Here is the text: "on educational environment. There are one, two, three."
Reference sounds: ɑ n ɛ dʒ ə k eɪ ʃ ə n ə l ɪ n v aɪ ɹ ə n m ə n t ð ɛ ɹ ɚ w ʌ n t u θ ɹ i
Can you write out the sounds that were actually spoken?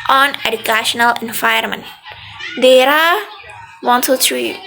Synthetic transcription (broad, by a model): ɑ n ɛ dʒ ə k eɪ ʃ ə n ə l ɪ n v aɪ ə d m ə n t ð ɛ ɹ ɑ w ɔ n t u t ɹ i